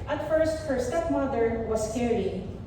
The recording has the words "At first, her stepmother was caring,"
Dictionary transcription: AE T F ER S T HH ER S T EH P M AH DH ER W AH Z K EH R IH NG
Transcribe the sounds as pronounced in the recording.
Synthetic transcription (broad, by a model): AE T F ER S T HH ER S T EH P M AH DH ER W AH S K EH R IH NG